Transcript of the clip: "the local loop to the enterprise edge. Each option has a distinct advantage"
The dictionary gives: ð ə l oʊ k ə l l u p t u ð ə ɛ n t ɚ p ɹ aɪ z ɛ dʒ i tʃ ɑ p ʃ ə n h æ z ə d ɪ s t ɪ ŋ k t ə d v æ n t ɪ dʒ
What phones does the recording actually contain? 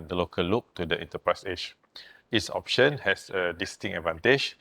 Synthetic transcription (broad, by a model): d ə l oʊ k ə l l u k t u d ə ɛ n t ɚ p ɹ aɪ s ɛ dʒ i s ɑ p ʃ ə n h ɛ s ə d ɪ s t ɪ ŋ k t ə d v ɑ n t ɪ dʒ